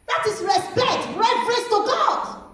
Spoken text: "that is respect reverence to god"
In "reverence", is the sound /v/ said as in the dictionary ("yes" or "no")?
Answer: no